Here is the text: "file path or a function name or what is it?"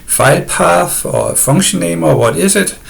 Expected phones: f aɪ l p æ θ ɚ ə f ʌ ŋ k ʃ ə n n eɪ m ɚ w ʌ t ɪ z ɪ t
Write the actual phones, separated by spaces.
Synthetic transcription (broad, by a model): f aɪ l p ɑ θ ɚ ə f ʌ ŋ ʃ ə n n eɪ m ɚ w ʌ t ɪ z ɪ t